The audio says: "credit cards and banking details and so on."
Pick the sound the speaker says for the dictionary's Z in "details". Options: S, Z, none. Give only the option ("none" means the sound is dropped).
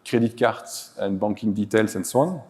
S